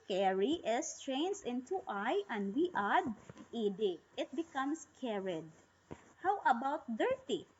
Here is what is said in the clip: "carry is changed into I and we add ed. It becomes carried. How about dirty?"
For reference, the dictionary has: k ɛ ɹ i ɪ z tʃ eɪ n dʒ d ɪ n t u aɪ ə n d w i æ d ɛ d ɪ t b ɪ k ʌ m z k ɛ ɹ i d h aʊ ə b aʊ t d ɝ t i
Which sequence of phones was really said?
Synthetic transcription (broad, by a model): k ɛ ɹ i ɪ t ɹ eɪ n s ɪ n t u aɪ ə n d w i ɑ d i d ɪ t b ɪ k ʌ m s k ɛ ɹ i d h aʊ ə b aʊ t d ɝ t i